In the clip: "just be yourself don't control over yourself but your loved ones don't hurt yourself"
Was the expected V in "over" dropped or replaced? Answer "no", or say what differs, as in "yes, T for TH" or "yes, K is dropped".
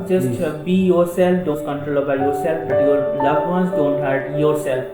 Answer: yes, V is dropped